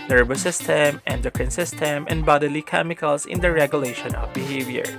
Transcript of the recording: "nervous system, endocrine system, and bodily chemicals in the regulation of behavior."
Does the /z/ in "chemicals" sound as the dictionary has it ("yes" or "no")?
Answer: no